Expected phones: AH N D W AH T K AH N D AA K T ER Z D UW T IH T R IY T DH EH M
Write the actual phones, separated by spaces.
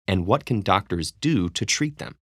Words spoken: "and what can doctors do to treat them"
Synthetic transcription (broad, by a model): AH N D W AH T K AH N D AA K T ER Z D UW T IH T R IY T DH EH M